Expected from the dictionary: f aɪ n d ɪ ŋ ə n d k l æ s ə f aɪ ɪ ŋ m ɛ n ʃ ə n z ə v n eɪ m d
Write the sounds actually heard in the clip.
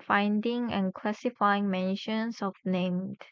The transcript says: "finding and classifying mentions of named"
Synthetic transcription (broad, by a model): f aɪ n d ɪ ŋ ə n k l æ s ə f aɪ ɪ ŋ m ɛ n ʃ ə n s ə f n eɪ m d